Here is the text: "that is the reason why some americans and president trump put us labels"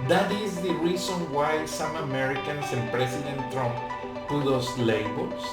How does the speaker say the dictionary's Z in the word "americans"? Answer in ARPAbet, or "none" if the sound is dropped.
S